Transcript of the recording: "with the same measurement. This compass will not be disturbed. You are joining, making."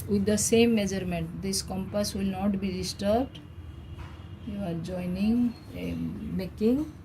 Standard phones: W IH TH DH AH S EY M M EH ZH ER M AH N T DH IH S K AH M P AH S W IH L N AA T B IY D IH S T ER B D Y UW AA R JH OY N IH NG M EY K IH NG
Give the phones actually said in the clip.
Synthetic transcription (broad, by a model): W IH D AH S EY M M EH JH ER M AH N T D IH S K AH M P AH S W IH L N AA T B IY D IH S T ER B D Y UW AA R JH OY N IH NG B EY K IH NG